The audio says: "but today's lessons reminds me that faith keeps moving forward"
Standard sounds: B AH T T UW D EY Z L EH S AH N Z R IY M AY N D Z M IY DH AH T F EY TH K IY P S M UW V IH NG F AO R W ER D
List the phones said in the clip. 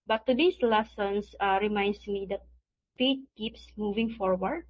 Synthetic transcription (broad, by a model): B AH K T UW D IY S L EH S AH N S R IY M AY N D S M IY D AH T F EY T K IY P S M UW V IH NG F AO R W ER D